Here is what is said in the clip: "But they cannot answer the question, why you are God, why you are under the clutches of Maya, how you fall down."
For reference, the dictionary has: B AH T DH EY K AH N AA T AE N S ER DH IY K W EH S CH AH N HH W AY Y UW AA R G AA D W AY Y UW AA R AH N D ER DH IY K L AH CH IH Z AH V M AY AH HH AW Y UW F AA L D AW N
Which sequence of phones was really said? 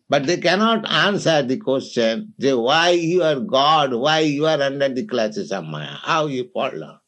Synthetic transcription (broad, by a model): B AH T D EY K AH N AA T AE N S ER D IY K W EH S CH AH N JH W AY Y UW AA R G AA D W AY Y UW AA R AH N D ER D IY K L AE S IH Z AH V M AY AH HH AW Y UW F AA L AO